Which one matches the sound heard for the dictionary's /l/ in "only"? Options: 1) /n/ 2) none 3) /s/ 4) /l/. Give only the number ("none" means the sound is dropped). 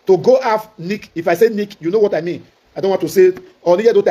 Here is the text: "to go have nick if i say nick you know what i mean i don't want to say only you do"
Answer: 2